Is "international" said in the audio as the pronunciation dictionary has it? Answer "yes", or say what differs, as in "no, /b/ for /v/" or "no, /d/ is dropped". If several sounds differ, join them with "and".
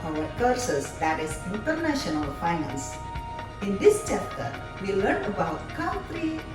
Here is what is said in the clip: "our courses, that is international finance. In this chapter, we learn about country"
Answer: yes